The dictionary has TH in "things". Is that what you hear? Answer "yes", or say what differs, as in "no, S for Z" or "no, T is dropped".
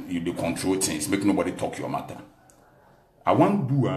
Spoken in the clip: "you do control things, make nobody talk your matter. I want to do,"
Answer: no, T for TH